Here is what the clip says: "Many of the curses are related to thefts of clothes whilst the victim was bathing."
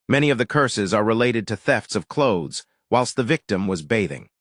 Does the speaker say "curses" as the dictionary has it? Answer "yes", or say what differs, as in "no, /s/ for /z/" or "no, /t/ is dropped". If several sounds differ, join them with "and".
yes